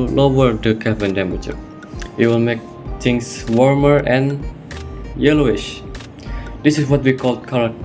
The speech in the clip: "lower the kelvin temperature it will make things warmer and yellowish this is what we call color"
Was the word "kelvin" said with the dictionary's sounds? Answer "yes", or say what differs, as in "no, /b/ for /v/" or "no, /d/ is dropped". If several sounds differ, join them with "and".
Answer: no, /l/ is dropped